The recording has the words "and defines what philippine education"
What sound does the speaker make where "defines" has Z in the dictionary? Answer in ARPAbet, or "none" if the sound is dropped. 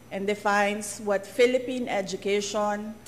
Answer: S